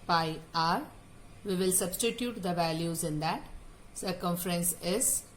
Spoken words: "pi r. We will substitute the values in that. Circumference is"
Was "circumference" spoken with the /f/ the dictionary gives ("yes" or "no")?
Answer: yes